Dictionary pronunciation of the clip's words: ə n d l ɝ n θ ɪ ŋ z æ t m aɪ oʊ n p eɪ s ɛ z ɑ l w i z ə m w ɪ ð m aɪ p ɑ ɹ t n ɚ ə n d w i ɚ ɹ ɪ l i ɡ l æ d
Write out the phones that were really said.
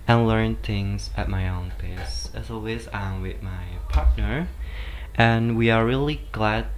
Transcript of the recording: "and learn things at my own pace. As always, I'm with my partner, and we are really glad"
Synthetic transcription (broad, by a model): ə n l ɝ n θ ɪ ŋ z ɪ t m aɪ oʊ n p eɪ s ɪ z ɑ l w i z ə m w ɪ ð m aɪ p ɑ ɹ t n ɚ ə n w i ɚ ɹ ɪ l i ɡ l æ d